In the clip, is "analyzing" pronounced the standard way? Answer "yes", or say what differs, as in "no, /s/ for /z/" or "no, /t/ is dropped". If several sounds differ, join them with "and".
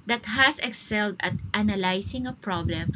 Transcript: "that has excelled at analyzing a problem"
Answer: no, /s/ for /z/